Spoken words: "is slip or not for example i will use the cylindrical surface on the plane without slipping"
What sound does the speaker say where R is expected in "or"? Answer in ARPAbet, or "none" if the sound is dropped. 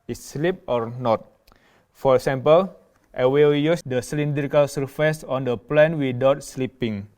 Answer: R